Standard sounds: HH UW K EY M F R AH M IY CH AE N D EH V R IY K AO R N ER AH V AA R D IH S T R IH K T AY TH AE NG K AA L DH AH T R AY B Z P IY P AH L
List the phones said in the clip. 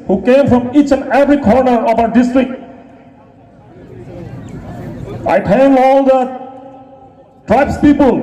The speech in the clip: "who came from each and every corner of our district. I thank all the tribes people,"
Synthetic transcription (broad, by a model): HH UW K EY M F R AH M IY CH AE N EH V R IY K AO R N ER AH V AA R D IH S T R IH K T AY T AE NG AA L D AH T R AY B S P IY P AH L